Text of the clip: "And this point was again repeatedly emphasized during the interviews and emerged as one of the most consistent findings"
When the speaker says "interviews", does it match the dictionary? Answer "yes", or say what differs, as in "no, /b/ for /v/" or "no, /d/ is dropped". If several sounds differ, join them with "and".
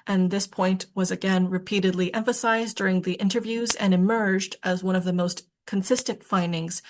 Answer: yes